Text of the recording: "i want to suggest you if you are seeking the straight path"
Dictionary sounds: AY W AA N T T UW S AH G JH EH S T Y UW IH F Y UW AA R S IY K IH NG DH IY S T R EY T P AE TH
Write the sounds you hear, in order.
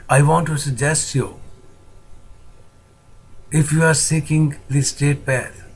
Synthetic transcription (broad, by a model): AY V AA N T T UW S AH G JH EH S T Y UW IH F Y UW AA R S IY K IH NG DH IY S T EY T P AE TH